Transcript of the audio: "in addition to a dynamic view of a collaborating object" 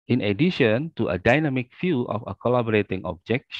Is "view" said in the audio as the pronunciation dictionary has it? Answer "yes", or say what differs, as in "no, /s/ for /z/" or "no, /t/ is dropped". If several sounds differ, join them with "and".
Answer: no, /f/ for /v/